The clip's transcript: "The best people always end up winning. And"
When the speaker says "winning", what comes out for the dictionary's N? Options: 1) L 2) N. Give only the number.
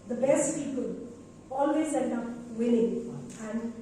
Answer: 1